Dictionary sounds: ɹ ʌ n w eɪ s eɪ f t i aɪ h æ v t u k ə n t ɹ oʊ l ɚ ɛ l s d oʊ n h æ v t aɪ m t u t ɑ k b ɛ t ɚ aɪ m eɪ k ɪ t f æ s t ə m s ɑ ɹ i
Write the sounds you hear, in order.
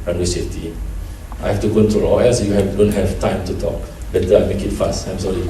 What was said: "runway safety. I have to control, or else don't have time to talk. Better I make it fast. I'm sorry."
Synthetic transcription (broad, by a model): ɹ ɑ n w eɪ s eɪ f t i aɪ h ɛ f t u k ə n t ɹ oʊ l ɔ ɛ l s d oʊ n h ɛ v t aɪ m t u t ɑ k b ɛ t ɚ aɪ m eɪ k ɪ t f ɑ s t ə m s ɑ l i